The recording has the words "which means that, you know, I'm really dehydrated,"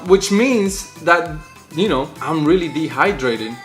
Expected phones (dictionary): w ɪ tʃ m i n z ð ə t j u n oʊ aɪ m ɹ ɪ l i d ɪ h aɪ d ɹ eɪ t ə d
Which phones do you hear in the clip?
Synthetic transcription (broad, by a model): w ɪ tʃ m i n z ð ə t j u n oʊ aɪ m ɹ ɪ l i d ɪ h aɪ d ɹ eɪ t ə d